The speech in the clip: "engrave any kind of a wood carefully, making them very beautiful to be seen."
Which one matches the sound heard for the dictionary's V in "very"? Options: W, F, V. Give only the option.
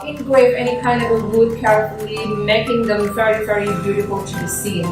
V